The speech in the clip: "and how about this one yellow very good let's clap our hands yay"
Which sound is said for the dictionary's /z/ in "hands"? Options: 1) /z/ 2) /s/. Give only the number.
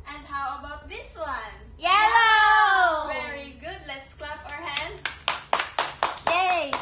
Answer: 2